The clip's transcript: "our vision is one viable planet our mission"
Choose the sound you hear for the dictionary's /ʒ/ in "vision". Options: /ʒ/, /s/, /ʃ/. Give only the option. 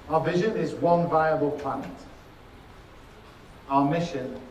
/ʒ/